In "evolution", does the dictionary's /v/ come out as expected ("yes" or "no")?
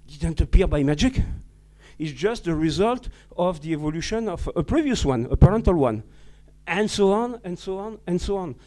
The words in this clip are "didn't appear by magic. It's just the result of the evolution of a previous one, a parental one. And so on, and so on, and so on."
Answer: yes